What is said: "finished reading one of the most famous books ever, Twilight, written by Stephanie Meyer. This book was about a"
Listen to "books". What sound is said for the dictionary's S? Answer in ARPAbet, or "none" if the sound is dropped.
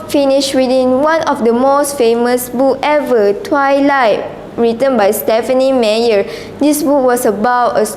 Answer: none